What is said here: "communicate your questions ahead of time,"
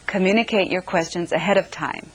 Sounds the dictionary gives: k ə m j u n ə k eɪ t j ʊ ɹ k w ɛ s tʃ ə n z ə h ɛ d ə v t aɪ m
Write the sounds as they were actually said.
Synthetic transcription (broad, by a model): k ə m j u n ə k eɪ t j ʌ ɹ k w ɛ s tʃ ə n z ə h ɛ d ə v t aɪ m